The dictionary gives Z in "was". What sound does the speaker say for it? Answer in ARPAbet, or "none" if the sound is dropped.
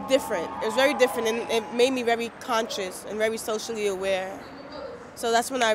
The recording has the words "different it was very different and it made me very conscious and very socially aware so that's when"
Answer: Z